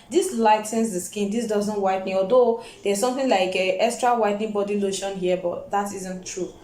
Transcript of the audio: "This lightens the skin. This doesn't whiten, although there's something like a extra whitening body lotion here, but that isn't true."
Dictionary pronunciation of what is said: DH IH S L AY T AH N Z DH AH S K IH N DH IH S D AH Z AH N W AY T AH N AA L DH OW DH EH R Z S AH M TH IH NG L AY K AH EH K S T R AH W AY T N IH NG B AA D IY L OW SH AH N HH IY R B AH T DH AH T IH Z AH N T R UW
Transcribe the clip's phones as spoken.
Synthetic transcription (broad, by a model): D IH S L AY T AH N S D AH S K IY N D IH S D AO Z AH N W AY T N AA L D OW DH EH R S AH M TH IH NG L AY K AH EH K S T R AH W AY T N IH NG B AA D IY L OW SH AH N HH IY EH B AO T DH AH T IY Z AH N T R UW